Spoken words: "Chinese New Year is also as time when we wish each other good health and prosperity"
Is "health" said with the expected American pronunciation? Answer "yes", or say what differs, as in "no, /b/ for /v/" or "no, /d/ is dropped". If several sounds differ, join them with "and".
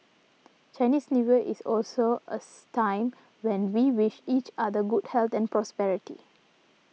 no, /t/ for /θ/